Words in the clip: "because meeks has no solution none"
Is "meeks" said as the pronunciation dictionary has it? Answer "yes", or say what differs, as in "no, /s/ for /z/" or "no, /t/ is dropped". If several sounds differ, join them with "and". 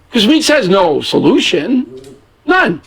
no, /k/ is dropped